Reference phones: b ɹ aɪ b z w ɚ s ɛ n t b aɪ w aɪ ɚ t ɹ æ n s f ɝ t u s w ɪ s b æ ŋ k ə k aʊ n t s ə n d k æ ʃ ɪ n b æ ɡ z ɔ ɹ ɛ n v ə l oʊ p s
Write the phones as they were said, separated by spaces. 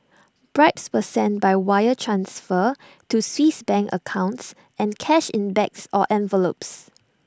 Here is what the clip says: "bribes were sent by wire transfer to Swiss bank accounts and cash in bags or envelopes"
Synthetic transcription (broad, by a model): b ɹ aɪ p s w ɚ s ɛ n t b aɪ w aɪ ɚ t ɹ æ n s f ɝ t u s w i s b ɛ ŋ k ə k aʊ n t s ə n k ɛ ʃ ɪ n b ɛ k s ɔ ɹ ɛ n v ə l oʊ p s